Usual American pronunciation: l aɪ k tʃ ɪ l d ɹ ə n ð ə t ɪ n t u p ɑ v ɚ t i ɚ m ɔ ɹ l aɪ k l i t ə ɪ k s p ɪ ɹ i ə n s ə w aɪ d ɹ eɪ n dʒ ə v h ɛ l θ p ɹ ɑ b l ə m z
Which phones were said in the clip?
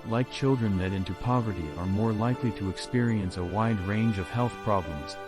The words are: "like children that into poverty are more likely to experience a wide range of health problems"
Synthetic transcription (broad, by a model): l aɪ k tʃ ɪ l d ɹ ə n ð ə t ɪ n t u p ɑ v ɚ t i ɚ m ɔ ɹ l aɪ k l i t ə ɪ k s p ɪ ɹ i ə n s ə w aɪ d ɹ eɪ n dʒ ə v h ɛ l θ p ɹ ɑ b l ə m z